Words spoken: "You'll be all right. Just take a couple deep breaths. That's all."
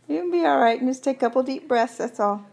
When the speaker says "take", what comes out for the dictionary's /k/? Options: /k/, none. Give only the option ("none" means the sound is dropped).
none